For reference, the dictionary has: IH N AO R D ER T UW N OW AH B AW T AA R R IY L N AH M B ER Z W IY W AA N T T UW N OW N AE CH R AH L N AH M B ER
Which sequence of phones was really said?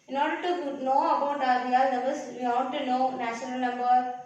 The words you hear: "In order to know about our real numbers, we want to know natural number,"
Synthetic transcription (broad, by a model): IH N AO R D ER T UW N OW AH B AW T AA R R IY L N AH B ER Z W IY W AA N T T UW N OW N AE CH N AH L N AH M B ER